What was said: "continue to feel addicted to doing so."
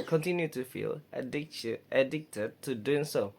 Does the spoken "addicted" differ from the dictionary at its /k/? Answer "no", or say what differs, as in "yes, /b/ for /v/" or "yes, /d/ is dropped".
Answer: no